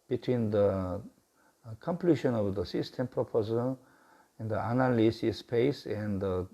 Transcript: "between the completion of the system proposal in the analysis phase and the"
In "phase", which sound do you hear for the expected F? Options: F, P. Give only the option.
P